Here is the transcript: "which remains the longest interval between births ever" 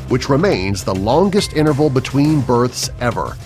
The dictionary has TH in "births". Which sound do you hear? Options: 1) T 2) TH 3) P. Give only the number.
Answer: 2